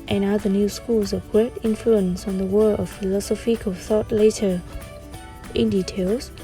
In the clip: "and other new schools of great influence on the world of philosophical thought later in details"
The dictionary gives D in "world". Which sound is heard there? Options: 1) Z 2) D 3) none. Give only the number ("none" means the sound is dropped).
3